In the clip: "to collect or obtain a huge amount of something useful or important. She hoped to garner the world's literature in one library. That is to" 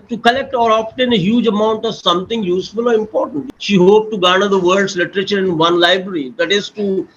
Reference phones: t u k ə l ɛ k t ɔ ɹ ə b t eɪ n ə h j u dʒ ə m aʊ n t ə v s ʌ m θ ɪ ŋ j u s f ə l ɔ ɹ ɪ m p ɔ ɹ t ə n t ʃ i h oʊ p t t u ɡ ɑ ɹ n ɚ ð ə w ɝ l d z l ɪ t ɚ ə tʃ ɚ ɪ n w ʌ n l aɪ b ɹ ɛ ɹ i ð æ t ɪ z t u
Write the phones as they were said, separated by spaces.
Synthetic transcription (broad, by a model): t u k ə l ɛ k t ɔ ɹ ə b t eɪ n ə h j u dʒ ə m aʊ n t ə v s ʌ m t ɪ ŋ j u s f ə l ɔ ɹ ɪ m p ɔ ɹ t ə n t ʃ i h oʊ p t t u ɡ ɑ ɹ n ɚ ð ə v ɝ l d s l ɪ t ɚ ə tʃ ɚ ɪ n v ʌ n l aɪ b ɹ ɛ ɹ i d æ t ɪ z t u